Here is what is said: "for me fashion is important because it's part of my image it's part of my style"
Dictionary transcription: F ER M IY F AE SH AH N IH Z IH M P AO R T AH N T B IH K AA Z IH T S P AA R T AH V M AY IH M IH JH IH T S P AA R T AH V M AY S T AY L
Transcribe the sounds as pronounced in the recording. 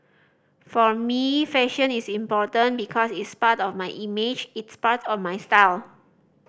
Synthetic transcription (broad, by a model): F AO M IY F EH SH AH N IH S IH M P AO T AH N B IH K AA S IH T S P AA T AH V M AY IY M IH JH IH T S P AA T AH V M AY S T AY L